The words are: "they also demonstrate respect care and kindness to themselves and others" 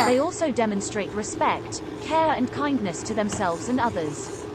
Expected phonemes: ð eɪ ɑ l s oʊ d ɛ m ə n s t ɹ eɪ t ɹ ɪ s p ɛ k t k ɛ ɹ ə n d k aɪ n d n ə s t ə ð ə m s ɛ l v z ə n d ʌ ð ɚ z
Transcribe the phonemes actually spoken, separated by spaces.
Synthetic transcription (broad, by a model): ð eɪ ɑ l s oʊ d ɛ m ə n s t ɹ eɪ t ɹ ɪ s p ɛ k t k ɛ ɹ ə n k aɪ n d n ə s t ə ð ə m s ɛ l v z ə n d ʌ ð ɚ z